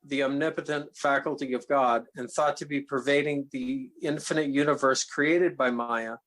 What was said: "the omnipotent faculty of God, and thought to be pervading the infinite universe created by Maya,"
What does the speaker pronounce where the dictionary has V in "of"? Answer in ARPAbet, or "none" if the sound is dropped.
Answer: V